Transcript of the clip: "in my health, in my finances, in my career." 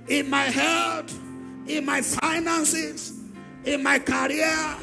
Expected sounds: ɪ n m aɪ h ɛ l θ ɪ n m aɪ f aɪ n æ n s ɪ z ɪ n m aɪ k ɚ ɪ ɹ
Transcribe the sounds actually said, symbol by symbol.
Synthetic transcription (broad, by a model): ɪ n m aɪ h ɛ l t ɪ n m aɪ f aɪ n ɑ n s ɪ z ɪ n m aɪ k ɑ ɹ